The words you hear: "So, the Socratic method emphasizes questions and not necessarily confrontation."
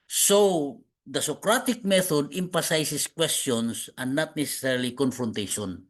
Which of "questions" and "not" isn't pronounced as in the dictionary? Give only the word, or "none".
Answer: questions